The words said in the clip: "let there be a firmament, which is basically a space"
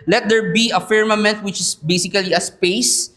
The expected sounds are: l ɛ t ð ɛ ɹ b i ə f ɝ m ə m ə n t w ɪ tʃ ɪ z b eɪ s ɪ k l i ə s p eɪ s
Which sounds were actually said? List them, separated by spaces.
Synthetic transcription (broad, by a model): l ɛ t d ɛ ɹ b i ə f ɝ m ə m ə n t w ɪ tʃ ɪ s b eɪ s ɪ k l i ə s p eɪ s